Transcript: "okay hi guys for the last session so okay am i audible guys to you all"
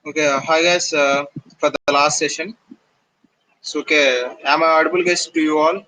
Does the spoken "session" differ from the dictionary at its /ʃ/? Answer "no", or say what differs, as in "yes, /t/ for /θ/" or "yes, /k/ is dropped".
no